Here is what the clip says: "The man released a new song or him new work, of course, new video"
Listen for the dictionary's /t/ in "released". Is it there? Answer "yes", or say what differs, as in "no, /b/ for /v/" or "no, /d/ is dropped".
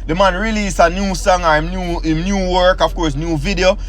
no, /t/ is dropped